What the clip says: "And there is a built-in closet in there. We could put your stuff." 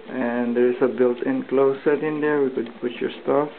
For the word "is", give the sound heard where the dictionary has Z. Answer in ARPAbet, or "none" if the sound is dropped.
S